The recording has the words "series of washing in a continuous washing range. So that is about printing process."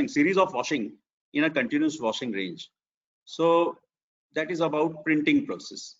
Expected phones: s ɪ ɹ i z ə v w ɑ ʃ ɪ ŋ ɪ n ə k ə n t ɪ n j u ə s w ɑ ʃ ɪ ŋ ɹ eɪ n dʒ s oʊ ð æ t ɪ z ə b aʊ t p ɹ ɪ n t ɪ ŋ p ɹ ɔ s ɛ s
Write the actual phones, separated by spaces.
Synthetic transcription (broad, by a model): s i ɹ i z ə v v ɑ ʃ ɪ ŋ ɪ n ə k ə n t ɪ n j u ə s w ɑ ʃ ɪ ŋ ɹ eɪ n dʒ s oʊ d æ t ɪ z ə b aʊ t p ɹ ɪ n t ɪ ŋ p ɹ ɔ s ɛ s